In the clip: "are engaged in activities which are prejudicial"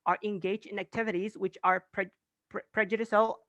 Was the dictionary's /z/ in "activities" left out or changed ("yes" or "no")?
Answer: no